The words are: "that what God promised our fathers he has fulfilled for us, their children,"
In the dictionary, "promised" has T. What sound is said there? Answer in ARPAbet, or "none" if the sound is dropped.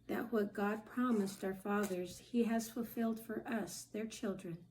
T